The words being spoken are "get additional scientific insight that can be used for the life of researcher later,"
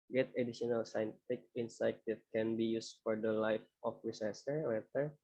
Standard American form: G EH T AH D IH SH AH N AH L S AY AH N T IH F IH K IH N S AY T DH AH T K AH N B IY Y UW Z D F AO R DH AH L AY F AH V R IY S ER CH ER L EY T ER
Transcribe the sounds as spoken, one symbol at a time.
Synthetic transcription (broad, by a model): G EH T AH D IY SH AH N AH L S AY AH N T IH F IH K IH N S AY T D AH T K AH N B IY Y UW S F AO R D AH L AY F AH F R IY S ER S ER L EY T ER